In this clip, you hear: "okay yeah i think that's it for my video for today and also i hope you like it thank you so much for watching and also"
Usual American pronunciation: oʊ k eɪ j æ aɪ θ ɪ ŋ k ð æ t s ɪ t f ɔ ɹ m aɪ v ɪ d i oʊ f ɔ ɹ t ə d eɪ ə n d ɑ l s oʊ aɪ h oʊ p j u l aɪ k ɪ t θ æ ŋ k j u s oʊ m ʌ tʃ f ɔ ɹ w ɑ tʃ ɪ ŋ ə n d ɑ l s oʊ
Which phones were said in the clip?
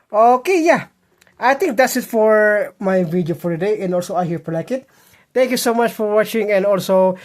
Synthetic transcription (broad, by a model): oʊ k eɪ j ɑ aɪ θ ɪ ŋ k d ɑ t s ɪ t f ɔ ɹ m aɪ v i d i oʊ f ɔ ɹ t ə d eɪ ə n d ɑ l s oʊ aɪ h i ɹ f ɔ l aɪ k ɪ t t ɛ ŋ k j u s oʊ m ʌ tʃ f ɔ ɹ w ɑ tʃ ɪ ŋ ə n d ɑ l s oʊ